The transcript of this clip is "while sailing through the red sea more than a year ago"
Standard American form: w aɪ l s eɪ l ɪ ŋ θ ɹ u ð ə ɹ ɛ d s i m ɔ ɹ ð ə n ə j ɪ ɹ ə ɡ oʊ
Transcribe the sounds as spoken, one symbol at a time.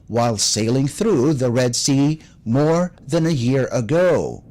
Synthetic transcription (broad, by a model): w aɪ l s eɪ l ɪ ŋ θ ɹ u ð ə ɹ ɛ d s i m ɔ ɹ ð ə n ə j ɪ ɹ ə ɡ oʊ